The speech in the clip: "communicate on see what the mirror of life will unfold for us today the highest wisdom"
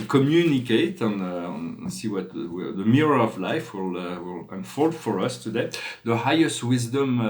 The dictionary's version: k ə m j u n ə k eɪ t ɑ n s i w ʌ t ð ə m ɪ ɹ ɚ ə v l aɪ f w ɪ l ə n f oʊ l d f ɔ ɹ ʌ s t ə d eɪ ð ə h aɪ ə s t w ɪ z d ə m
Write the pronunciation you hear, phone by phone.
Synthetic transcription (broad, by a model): k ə m j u n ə k eɪ t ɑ n s i w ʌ t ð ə m ɪ ɹ ɚ ə v l aɪ f w ɪ l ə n f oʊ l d f ɔ ɹ ʌ s t ə d eɪ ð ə h aɪ ə s t w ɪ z d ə m